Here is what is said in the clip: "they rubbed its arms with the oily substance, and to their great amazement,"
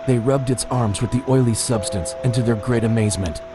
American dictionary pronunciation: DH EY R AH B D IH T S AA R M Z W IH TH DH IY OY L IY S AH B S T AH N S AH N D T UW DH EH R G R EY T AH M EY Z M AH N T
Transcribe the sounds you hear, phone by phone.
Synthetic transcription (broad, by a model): DH EY R AH B D IH T S AA R M Z W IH DH IY OY L IY S AH B S T AH N S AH N T UW DH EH R G R EY T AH M EY Z M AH N T